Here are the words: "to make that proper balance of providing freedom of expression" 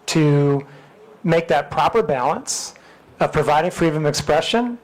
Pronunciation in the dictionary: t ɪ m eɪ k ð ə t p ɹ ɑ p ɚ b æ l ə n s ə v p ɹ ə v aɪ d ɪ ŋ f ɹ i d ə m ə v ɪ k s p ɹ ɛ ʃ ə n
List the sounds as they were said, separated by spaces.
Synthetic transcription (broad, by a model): t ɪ m eɪ k ð ə t p ɹ ɑ p ɚ b æ l ə n s ə v p ɹ ə v aɪ d ɪ ŋ f ɹ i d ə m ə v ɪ k s p ɹ ɛ ʃ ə n